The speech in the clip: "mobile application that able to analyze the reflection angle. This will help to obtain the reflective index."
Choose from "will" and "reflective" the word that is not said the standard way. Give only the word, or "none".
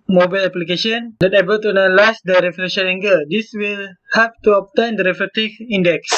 reflective